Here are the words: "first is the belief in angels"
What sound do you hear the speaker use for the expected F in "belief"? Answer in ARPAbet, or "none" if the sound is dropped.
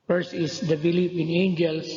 P